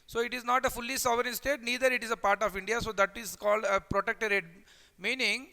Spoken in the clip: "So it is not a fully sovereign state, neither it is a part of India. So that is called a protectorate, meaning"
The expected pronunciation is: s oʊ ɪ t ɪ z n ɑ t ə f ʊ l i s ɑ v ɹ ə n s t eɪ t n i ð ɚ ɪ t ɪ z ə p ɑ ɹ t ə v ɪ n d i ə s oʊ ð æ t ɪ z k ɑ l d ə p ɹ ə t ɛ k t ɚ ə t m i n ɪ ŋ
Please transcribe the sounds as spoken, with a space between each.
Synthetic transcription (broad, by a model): s oʊ ɪ t ɪ z n ɑ t ə f ʊ l i s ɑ v ɹ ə n s t eɪ t n i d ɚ ɪ t ɪ z ə p ɑ ɹ t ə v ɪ n d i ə s oʊ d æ t ɪ z k ɑ l d ə p ɹ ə t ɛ k t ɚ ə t m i n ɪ ŋ